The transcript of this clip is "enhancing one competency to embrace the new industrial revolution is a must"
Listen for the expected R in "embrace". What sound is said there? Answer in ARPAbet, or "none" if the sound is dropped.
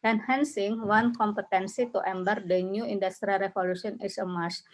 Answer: none